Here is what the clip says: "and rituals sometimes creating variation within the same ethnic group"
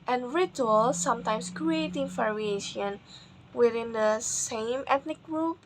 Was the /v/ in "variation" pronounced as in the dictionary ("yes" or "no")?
no